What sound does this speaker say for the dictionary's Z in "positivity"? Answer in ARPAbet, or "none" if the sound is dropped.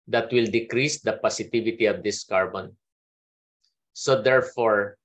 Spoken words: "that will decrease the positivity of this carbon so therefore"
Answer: S